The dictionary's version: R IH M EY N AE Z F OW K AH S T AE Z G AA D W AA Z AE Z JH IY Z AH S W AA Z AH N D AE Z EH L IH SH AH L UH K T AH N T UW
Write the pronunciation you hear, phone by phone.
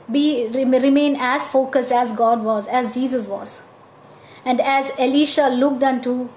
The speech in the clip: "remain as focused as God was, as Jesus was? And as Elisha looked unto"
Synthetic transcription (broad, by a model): R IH M EY N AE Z F OW K AH S T AE Z G AA D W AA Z AE Z JH IY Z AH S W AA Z AH N D AE Z EH L IH SH AH L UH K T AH N T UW